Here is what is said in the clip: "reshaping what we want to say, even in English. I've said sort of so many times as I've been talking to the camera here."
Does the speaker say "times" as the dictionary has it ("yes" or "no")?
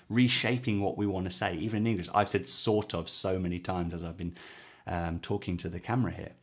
yes